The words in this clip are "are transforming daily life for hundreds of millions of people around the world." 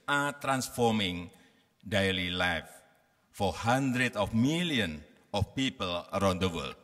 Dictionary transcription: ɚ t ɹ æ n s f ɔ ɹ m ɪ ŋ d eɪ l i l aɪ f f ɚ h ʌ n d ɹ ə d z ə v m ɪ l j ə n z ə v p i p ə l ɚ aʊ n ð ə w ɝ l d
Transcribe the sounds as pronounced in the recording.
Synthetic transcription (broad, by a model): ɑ t ɹ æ n s f ɔ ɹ m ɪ ŋ d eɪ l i l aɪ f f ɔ h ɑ n d ɹ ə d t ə f m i l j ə n ə f p i p ə l ɚ aʊ n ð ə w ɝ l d